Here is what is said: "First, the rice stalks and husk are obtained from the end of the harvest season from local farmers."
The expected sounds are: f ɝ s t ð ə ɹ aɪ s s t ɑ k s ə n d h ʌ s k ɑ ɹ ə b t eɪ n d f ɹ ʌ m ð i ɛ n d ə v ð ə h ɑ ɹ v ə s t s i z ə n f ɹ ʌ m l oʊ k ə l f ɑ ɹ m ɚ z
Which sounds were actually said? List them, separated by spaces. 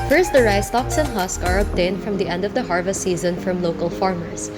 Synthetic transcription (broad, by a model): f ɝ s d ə ɹ aɪ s s t ɑ k s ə n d h ʌ s k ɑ ɹ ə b t eɪ n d f ɹ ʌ m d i ɛ n d ə v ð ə h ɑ ɹ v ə s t s i z ə n f ɹ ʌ m l oʊ k ə l f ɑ ɹ m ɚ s